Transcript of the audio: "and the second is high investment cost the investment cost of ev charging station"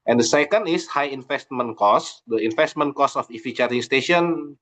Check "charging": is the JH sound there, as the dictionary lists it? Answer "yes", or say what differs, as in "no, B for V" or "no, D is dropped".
no, JH is dropped